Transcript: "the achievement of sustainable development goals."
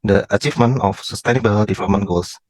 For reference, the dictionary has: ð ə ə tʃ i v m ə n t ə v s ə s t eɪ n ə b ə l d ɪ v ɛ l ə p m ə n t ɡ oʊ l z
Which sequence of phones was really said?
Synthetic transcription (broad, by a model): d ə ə tʃ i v m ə n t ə f s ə s t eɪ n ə b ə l d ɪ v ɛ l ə m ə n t ɡ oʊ l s